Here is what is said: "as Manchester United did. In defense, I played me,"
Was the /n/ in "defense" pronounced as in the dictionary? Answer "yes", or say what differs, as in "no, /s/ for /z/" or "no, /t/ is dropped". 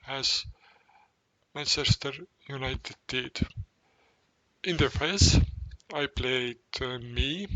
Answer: no, /n/ is dropped